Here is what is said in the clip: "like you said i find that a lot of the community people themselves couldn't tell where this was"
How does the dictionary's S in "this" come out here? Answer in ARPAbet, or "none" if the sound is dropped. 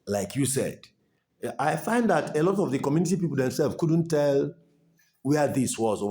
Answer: S